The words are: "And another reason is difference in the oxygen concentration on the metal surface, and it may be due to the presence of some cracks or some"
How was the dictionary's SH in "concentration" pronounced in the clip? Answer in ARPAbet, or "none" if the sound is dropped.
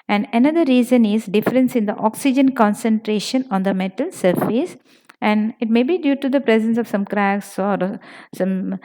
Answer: SH